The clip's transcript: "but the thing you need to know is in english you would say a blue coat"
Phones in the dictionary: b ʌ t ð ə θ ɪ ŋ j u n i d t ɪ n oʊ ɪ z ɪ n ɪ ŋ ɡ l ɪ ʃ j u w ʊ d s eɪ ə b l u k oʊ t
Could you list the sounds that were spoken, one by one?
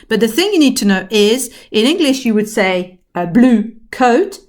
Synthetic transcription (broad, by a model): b ʌ t ð ə θ ɪ ŋ j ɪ n i d t ɪ n oʊ ɪ z ɪ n ɪ ŋ ɡ l ɪ ʃ j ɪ w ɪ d s eɪ ə b l u k oʊ t